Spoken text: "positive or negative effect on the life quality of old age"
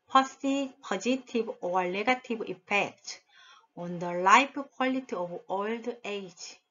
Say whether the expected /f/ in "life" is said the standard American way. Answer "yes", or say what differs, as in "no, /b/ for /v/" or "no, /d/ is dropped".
no, /p/ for /f/